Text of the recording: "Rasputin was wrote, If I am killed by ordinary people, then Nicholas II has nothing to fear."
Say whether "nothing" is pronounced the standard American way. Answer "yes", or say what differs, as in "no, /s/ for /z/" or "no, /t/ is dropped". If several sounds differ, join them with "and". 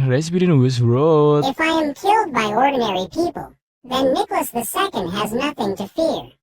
yes